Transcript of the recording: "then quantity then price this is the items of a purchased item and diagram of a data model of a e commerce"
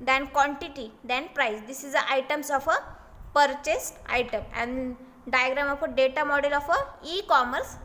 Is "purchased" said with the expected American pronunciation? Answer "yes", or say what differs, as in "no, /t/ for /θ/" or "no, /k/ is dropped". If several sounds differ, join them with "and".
yes